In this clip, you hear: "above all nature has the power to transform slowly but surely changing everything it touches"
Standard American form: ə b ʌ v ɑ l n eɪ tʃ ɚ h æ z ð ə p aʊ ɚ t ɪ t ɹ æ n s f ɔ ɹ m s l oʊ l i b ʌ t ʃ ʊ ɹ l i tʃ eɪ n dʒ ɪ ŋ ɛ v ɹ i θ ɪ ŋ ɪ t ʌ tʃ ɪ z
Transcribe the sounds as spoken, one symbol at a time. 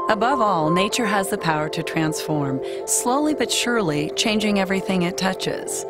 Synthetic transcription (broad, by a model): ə b ʌ v ɑ l n eɪ tʃ ɚ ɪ z ð ə p aʊ ɚ t ɪ t ɹ æ n s f ɔ ɹ m s l oʊ l i b ʌ t ʃ ʊ ɹ l i tʃ eɪ n dʒ ɪ ŋ ɛ v ɹ i θ ɪ ŋ ɪ t ʌ tʃ ɪ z